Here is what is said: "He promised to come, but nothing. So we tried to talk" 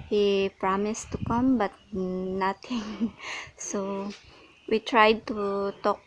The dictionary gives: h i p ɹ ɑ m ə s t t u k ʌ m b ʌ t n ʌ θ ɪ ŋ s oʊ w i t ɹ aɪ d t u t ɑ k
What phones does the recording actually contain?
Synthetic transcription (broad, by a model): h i p ɹ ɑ m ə s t t u k ʌ m b ʌ t n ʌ t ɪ ŋ s oʊ w i t ɹ aɪ d t u t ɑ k